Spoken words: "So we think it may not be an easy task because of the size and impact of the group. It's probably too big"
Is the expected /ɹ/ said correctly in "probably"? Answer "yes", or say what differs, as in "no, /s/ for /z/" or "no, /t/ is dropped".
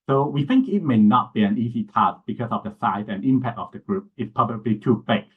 no, /ɹ/ is dropped